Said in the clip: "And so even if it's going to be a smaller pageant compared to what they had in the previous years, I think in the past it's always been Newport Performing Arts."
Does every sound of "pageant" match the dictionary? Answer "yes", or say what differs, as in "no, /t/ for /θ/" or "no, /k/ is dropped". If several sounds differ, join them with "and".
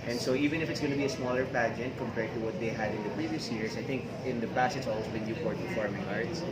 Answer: yes